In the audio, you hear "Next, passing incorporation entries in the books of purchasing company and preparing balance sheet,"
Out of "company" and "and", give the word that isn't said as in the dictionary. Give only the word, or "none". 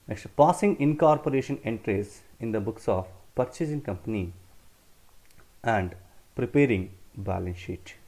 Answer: none